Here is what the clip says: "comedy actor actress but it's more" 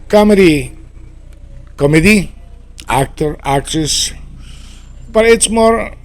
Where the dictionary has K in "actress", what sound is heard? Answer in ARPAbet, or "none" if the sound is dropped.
K